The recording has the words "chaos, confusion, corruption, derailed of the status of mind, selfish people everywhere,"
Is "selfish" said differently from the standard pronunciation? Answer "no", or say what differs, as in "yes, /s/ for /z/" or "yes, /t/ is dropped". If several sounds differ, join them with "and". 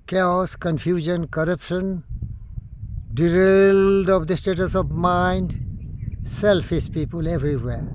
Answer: yes, /s/ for /ʃ/